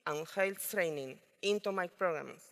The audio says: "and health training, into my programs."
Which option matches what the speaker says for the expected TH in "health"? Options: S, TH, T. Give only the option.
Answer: T